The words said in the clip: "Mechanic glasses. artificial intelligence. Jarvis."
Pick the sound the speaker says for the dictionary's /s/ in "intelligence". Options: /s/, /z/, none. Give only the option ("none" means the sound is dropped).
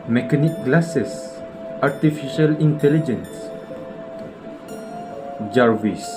/s/